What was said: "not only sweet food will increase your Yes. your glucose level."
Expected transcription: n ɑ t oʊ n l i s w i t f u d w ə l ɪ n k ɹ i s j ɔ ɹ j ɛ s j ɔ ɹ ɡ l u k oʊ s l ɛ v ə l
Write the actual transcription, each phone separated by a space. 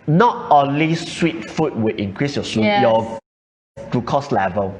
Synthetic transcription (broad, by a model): n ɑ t oʊ n l i s w i t f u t w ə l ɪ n k ɹ i s j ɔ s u j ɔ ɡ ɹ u k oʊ s l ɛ v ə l